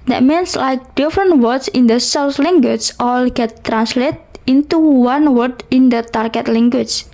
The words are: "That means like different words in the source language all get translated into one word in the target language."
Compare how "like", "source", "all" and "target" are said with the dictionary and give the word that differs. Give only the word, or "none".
source